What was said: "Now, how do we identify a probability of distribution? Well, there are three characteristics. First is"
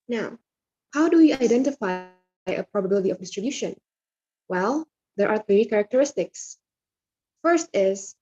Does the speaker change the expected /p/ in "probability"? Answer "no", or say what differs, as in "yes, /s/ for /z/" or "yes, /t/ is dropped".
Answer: no